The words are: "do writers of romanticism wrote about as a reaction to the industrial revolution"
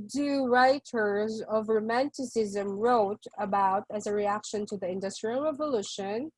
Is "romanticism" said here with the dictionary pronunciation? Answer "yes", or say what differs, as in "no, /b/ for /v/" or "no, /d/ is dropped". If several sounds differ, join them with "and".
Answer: yes